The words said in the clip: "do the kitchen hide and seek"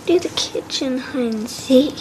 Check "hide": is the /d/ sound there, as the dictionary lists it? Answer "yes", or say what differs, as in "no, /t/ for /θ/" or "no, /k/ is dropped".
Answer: no, /d/ is dropped